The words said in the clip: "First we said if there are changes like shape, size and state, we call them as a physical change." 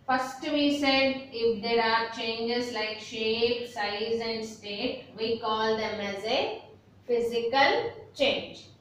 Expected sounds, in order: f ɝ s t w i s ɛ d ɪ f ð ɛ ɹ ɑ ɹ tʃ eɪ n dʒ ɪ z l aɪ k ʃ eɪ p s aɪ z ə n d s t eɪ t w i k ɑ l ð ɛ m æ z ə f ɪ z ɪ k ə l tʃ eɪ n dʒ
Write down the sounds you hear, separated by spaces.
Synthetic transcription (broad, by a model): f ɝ s t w i s ɛ d ɪ f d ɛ ɹ ɑ ɹ tʃ eɪ n dʒ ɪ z l aɪ k ʃ eɪ p s aɪ z ə n d s t eɪ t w i k ɑ l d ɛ m æ z ə f ɪ z ɪ k ə l tʃ eɪ n dʒ